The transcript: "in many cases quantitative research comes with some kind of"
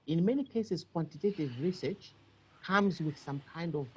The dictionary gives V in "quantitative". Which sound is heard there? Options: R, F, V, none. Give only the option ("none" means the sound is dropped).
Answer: V